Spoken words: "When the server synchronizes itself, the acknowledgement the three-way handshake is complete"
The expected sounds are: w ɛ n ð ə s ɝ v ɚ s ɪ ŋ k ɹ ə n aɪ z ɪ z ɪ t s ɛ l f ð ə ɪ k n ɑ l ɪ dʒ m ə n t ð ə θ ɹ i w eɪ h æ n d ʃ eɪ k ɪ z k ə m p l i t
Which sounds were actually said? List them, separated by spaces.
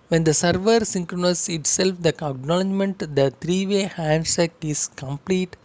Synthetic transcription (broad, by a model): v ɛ n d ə s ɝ v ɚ s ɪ ŋ k ɹ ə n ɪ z ɪ t s ɛ l f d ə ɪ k n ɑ l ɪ dʒ m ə n t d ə t ɹ i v eɪ h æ n d s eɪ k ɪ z k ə m p l i t